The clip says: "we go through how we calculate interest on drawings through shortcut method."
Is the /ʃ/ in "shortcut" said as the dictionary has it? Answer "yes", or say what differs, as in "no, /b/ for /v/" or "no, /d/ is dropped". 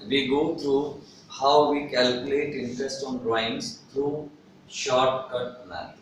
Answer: yes